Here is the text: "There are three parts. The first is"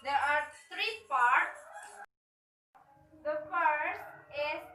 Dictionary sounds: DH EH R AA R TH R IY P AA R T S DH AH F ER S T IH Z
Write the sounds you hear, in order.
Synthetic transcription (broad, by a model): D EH R AA R T R IY P AA R T S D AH F ER S T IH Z